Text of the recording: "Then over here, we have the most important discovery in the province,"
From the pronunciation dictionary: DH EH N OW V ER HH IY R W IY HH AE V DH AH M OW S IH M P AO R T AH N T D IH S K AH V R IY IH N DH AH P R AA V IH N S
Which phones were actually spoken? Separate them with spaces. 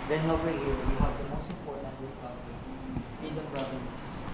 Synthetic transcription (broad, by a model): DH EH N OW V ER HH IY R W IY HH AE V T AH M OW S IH P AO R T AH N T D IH S AH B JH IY IH N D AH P R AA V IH N S